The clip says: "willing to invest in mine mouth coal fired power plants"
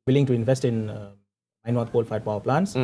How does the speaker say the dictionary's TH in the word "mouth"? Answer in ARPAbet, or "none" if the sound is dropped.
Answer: T